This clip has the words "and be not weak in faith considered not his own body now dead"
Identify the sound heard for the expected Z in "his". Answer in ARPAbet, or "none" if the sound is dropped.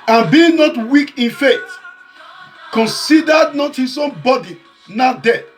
S